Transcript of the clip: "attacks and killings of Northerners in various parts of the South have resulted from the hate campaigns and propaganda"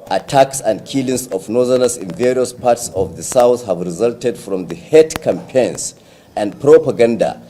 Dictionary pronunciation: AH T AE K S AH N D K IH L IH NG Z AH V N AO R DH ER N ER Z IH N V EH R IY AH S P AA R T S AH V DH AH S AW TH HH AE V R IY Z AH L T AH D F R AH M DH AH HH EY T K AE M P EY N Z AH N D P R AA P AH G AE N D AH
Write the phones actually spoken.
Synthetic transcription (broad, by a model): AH T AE K S AH N D K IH L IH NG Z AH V N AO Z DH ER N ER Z IH N V EH R IY AH S P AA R T S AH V DH AH S AW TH HH AE V R IY Z AH L T AH D F R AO M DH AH HH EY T K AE M P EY N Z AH N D P R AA P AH G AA N D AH